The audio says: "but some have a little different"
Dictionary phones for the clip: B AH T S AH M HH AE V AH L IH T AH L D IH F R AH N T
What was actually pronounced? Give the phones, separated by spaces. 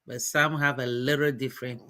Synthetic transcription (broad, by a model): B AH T S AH M HH AE V AH L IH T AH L D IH F R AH N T